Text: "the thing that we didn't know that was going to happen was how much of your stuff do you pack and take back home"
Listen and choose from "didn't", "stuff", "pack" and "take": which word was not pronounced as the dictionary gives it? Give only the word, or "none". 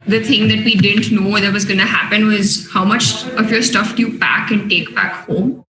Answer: pack